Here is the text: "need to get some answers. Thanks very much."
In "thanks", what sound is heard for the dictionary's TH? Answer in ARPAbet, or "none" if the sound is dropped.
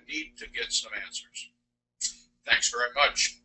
TH